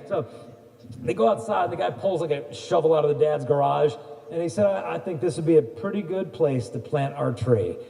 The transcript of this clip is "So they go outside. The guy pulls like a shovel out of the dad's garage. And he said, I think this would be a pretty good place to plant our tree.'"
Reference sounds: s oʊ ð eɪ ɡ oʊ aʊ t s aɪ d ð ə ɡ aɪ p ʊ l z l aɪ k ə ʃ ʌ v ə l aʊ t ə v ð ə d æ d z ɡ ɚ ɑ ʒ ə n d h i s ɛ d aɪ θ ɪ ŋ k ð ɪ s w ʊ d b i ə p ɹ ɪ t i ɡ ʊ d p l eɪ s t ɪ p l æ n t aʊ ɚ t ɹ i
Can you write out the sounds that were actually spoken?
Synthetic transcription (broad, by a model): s oʊ ð eɪ ɡ oʊ aʊ t s aɪ d ð ə ɡ aɪ p ʊ l z l aɪ k ə ʃ ʌ v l aʊ t ə v ð ə d æ d z ɡ ɚ ɑ ʒ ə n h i s ɛ d aɪ θ ɪ ŋ k ð ɪ s w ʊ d b i ə p ɹ ɪ t i ɡ ʊ d p l eɪ s t ɪ p l æ n t aʊ ɚ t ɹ i